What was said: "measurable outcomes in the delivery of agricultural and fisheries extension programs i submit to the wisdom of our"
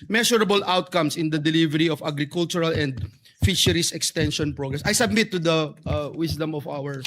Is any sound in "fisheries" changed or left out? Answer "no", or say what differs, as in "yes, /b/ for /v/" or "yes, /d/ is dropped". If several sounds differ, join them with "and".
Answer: yes, /s/ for /z/